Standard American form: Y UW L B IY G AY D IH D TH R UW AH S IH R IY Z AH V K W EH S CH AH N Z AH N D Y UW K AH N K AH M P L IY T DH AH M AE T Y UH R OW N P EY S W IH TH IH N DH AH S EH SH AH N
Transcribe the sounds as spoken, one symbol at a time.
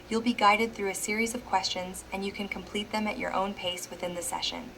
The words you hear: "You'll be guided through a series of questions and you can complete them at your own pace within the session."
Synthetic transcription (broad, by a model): Y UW L B IY G AY D IH D TH R UW AH S IH R IY Z AH V K W EH S CH AH N Z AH N Y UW K AH N K AH M P L IY T DH AH M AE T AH R OW N P EY S W IH TH IH N DH AH S EH SH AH N